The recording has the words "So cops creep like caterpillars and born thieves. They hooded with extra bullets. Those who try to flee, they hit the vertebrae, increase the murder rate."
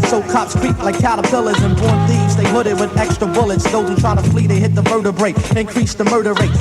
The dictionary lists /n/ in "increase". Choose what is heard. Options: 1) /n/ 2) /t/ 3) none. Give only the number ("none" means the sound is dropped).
1